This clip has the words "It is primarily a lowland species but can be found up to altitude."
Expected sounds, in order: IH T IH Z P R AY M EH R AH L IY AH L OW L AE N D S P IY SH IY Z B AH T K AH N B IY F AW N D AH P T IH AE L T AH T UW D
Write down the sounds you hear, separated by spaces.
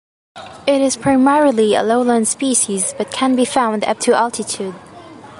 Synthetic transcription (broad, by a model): IH T IH Z P R AY M EH R AH L IY AH L OW L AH N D S P IY SH IY Z B AH T K AH N B IY F AW N D AH P T IH AE L T AH T UW D